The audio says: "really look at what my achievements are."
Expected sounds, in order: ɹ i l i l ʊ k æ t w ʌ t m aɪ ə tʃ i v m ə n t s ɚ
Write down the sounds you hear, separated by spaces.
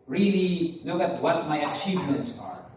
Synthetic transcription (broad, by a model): ɹ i l i l ʊ k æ t w ʌ t m aɪ ə tʃ i v m ə n t s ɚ